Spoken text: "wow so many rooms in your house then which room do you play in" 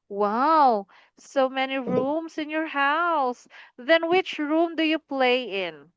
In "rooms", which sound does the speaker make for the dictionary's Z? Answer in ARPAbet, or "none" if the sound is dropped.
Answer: S